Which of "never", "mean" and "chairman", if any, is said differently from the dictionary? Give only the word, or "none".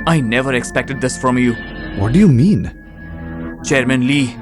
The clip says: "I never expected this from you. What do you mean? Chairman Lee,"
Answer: none